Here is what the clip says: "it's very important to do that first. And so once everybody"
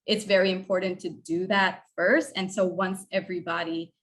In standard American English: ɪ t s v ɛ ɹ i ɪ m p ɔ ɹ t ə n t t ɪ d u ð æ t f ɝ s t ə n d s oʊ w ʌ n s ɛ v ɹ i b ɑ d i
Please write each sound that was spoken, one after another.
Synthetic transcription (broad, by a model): ɪ t s v ɛ ɹ i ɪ m p ɔ ɹ t n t t ɪ d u ð æ t f ɝ s t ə n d s oʊ w ʌ n s ɛ v ɹ i b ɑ d i